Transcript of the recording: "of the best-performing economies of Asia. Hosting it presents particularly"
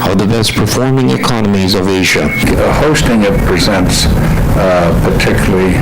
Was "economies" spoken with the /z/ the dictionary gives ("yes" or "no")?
yes